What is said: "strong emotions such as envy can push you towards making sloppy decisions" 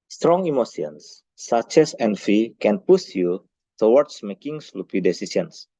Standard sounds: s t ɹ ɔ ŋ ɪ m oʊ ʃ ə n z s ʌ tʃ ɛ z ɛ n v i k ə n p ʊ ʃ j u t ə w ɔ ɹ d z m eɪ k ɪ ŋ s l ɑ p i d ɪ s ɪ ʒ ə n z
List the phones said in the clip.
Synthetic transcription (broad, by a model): s t ɹ ɔ ŋ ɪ m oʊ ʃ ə n s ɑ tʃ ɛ s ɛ n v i k ə n p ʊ s j u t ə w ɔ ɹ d s m eɪ k ɪ ŋ s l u p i d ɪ s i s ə n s